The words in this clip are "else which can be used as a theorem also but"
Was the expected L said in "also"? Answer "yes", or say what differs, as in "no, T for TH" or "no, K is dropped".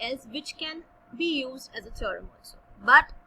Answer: no, N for L